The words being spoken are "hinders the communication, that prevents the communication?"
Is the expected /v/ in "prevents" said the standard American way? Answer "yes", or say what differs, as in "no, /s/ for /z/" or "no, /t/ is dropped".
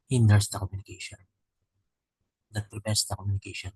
no, /p/ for /v/